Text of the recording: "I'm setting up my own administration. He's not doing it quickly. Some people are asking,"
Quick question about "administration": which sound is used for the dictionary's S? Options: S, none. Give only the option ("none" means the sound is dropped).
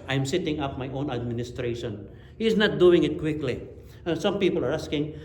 S